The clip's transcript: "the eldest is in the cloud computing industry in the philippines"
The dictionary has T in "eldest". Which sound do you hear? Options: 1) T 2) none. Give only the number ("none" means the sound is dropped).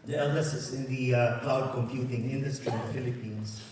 2